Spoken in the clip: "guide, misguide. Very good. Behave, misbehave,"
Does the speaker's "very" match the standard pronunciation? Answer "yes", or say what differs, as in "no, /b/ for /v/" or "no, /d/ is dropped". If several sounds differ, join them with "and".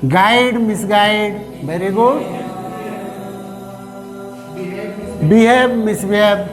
no, /b/ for /v/